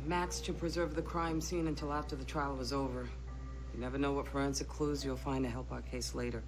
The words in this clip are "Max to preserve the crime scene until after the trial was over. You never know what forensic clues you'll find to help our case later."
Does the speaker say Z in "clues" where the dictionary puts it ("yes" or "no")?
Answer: yes